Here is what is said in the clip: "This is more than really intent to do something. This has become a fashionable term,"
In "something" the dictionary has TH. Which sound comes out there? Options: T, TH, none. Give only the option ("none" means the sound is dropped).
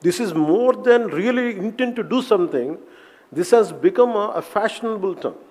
T